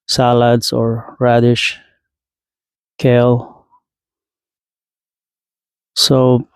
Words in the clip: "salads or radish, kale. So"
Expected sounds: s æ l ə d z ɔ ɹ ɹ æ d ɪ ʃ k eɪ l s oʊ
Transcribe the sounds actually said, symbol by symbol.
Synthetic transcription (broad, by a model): s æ l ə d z ɔ ɹ ɹ æ d ɪ ʃ k eɪ l s oʊ